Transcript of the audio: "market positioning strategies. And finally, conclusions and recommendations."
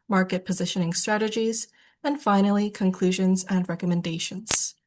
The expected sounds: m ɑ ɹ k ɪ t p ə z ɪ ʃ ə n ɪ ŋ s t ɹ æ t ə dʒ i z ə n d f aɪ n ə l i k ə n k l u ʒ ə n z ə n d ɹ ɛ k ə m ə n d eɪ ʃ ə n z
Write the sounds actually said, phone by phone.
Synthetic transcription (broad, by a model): m ɑ ɹ k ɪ t p ə z ɪ ʃ ə n ɪ ŋ s t ɹ æ t ə dʒ i z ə n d f aɪ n l i k ə n k l u ʒ ə n z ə n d ɹ ɛ k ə m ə n d eɪ ʃ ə n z